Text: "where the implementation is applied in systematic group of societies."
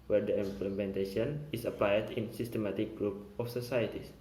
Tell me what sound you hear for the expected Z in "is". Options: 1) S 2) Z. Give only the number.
1